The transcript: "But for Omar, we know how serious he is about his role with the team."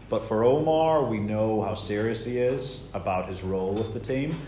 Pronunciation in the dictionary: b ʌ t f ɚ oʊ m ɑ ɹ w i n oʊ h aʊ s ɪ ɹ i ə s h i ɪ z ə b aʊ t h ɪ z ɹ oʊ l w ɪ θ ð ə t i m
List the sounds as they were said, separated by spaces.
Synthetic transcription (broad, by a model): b ʌ t f ɚ oʊ m ɑ ɹ w i n oʊ h aʊ s ɪ ɹ i ə s h i ɪ z ə b aʊ t h ɪ z ɹ oʊ l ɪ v ð ə t i m